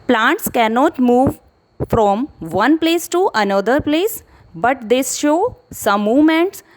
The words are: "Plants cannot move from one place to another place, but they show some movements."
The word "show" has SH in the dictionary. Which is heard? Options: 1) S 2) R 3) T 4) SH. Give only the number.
4